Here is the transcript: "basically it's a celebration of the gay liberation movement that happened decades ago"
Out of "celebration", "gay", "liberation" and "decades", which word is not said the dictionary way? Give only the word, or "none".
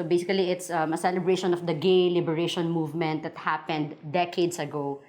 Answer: decades